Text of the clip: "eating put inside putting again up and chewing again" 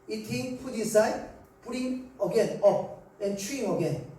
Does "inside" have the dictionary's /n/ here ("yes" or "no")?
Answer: no